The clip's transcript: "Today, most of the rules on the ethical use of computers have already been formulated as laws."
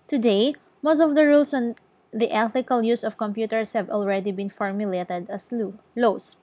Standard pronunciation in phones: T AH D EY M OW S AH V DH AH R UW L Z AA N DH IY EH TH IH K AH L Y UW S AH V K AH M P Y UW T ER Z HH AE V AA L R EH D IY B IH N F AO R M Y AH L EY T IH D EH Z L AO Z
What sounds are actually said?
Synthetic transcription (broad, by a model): T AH D EY M OW S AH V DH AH R UW L S AA N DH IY EH TH IH K AH L Y UW S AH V K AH M P Y UW T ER S HH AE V AA L R EH D IY B IH N F AO R M Y AH L EY T IH D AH S L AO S